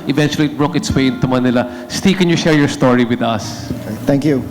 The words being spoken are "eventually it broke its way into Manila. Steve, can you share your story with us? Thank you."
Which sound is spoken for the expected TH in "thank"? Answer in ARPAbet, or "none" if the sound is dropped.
T